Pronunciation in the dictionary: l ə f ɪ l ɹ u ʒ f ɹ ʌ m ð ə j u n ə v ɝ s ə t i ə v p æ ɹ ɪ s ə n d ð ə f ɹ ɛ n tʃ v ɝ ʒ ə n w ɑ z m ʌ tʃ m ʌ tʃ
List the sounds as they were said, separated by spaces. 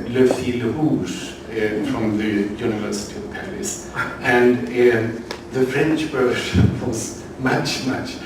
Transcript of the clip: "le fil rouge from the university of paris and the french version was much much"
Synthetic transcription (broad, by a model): l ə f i l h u s f ɹ ʌ m ð ə j u n ə v ɝ s ə t i ə v p æ ɹ ɪ s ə n ð ə f ɹ ɛ n tʃ b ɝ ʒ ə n w ɑ z m ʌ tʃ m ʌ tʃ